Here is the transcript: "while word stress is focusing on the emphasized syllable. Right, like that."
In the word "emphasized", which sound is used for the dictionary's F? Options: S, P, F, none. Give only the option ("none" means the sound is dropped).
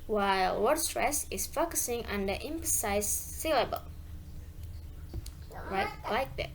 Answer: P